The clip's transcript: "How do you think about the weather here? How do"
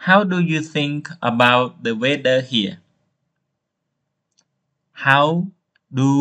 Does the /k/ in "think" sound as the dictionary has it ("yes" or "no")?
yes